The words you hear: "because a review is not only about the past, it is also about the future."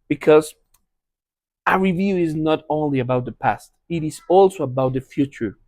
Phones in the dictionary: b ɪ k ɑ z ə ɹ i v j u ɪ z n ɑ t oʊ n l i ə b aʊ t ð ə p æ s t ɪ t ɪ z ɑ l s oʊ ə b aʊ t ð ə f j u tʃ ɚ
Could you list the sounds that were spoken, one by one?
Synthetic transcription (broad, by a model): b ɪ k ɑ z ə ɹ i v j u ɪ z n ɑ t oʊ n l i ə b aʊ t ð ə p æ s t ɪ t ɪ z ɑ l s oʊ ə b aʊ t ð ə f j u tʃ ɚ